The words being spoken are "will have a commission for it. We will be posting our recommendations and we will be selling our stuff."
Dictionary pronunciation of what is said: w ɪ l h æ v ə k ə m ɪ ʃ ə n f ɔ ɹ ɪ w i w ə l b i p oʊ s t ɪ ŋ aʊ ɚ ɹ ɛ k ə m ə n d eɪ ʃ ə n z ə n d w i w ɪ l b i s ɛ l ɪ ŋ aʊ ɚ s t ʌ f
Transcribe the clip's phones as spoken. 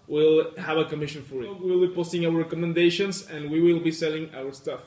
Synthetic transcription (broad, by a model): w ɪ l h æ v ə k ə m ɪ ʃ ə n f ɔ ɹ ɪ w i w l b i p oʊ s t ɪ ŋ aʊ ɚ ɹ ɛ k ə m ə n d eɪ ʃ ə n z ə n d w i w ɪ l b i s ɛ l ɪ ŋ aʊ ɚ s t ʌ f